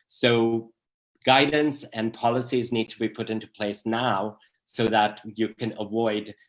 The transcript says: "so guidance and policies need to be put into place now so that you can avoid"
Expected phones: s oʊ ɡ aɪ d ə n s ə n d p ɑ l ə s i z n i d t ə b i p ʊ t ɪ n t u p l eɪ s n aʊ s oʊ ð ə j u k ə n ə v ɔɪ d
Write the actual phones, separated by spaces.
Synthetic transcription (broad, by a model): s oʊ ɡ aɪ d n s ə n p ɑ l ə s i z n i d t ə b i p ʊ t ɪ n t u p l eɪ s n aʊ s oʊ ð ə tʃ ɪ k ə n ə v ɔɪ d